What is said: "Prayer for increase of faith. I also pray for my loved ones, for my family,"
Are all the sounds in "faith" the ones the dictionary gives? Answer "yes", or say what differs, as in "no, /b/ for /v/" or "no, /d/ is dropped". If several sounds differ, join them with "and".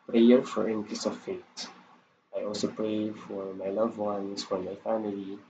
no, /t/ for /θ/